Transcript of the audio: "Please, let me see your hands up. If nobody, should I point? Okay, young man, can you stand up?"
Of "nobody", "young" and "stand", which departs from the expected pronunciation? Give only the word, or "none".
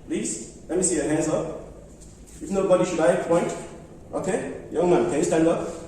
none